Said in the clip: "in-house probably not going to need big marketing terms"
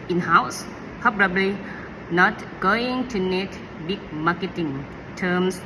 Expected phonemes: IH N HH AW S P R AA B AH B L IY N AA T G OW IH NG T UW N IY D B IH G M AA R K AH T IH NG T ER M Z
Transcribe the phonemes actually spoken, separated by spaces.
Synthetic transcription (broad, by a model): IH N HH AW S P AA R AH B L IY N AA T G OW IH NG T UW N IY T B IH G M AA K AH T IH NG T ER M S